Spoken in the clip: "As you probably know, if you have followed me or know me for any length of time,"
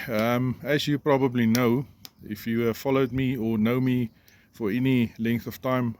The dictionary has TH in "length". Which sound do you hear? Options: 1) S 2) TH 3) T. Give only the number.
2